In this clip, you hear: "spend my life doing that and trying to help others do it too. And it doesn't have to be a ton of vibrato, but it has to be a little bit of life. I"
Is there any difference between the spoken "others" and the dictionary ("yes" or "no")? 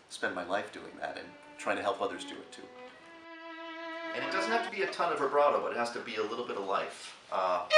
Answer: no